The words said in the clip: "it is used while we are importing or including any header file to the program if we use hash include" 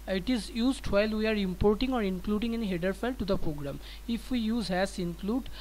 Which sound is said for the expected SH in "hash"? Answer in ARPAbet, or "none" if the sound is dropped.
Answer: S